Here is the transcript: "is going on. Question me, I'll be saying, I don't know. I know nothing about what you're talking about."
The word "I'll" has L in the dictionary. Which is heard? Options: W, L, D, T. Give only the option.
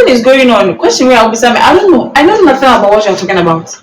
W